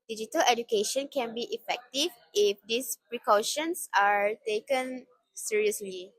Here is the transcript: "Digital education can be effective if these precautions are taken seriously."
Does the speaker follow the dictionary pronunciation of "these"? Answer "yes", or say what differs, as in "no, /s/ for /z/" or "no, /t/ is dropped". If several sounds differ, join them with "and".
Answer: no, /s/ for /z/